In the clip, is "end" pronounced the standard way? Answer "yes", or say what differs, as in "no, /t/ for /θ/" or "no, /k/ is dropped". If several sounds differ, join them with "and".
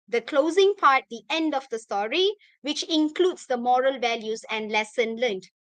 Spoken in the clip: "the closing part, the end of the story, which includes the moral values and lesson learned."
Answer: yes